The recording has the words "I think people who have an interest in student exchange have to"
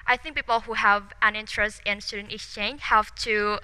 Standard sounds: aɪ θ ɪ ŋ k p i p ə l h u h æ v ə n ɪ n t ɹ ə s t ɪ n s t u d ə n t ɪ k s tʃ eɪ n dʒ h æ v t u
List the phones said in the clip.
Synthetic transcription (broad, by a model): aɪ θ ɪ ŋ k p i p ə l h u h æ v ə n ɪ n t ɹ ə s t ɪ n s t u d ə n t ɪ s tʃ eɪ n h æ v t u